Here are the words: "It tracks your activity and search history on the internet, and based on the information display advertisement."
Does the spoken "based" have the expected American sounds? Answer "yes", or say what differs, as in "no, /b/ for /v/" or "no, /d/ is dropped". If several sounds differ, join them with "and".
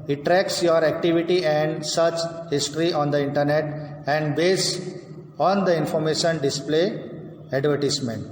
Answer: no, /t/ is dropped